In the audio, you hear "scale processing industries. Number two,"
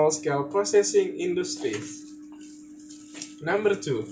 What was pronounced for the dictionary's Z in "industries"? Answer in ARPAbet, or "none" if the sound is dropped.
none